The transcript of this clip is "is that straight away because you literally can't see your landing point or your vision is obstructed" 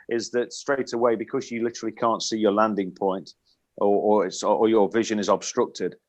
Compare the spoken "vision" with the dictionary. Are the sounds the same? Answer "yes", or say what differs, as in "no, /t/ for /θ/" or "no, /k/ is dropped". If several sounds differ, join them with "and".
yes